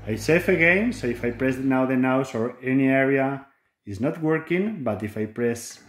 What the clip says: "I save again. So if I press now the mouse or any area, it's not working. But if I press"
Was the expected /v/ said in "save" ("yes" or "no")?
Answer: no